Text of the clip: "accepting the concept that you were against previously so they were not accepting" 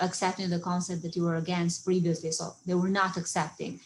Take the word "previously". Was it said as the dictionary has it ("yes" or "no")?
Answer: yes